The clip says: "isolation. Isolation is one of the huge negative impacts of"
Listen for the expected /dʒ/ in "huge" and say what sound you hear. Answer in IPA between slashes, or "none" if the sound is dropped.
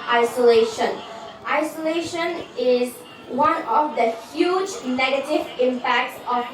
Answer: /dʒ/